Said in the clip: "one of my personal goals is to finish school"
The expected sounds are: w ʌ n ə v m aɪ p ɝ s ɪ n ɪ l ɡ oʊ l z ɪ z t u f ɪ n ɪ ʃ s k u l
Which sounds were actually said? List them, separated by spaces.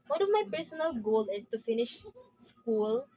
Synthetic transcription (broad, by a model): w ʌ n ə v m aɪ p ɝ s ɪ n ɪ l ɡ oʊ l ɪ s t u f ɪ n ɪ ʃ s k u l